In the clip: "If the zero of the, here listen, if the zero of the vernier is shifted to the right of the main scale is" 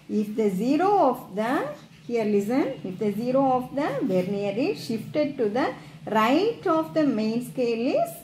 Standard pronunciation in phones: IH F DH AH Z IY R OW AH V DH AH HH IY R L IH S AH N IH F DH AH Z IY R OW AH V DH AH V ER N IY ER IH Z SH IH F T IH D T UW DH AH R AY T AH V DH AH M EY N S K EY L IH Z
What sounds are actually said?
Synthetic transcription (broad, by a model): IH F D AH Z IY R OW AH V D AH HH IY R L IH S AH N IH F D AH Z IY R OW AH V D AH V ER N IY ER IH SH IH F T IH D T UW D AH R AY T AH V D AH M EY N S K EY L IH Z